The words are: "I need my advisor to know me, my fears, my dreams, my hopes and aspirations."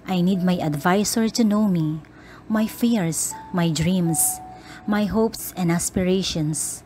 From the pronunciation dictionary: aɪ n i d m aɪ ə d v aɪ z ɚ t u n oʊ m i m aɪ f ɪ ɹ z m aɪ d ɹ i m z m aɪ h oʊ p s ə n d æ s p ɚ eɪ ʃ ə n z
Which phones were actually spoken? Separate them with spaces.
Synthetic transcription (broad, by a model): aɪ n i d m aɪ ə d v aɪ s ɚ t u n oʊ m i m aɪ f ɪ ɹ s m aɪ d ɹ i m s m aɪ h oʊ p s ə n d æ s p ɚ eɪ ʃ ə n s